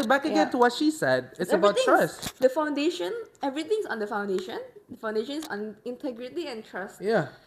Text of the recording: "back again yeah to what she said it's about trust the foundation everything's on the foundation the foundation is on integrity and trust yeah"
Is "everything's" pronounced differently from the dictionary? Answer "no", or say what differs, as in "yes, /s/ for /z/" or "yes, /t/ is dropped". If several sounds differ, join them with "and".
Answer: yes, /t/ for /θ/ and /s/ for /z/